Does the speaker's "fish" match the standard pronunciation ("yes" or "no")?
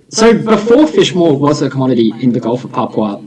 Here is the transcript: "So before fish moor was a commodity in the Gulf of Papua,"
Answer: yes